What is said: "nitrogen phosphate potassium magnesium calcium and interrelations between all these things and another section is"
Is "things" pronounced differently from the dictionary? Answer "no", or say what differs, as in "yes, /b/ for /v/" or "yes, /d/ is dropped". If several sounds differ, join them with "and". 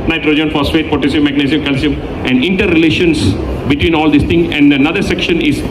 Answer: yes, /z/ is dropped